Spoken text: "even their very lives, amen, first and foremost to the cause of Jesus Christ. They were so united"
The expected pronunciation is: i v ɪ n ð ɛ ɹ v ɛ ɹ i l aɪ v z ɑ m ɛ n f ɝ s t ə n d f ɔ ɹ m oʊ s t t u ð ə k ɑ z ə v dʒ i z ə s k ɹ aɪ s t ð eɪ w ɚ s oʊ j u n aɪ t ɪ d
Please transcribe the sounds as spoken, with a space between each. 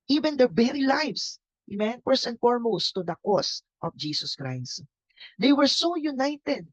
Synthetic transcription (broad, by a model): i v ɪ n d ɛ ɹ b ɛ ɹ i l aɪ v s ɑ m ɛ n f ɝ s ə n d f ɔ ɹ m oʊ s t t u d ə k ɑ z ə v dʒ i s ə s k ɹ aɪ s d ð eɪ w ɚ s oʊ j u n aɪ t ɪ d